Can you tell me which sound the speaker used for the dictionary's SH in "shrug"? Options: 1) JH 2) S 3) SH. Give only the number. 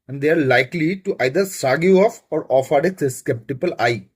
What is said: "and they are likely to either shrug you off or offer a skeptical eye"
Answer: 2